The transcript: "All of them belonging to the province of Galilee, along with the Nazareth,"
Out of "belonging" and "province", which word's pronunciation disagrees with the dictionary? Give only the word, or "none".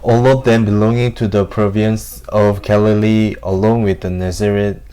none